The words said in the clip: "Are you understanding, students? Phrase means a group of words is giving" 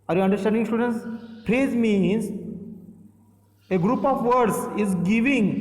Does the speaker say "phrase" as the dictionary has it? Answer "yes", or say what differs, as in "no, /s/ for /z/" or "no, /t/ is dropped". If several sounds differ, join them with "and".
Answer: no, /p/ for /f/